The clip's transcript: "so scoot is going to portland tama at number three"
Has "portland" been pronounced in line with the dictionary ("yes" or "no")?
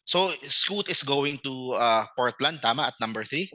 yes